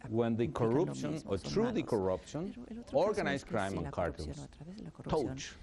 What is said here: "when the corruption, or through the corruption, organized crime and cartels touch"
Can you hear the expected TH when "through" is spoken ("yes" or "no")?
no